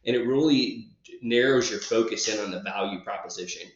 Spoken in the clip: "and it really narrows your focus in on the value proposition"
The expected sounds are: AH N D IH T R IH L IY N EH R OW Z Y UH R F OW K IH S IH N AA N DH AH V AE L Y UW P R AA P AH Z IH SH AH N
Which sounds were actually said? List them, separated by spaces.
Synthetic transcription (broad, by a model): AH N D IH T R IH L IY N EH R OW Z Y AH R F OW K IH S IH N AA N DH AH V AE L Y UW P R AA P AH Z IH SH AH N